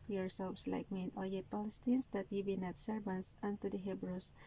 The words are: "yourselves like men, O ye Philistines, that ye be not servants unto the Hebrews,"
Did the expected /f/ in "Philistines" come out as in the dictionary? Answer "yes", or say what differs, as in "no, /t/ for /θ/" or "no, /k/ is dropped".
no, /p/ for /f/